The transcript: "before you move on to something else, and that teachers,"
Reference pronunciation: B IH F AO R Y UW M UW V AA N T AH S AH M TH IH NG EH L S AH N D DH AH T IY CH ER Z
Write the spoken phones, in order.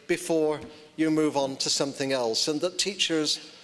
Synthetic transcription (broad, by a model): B IH F AO R Y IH M UW V N T AH S AH M TH IH NG EH L S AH N DH AH T IY CH ER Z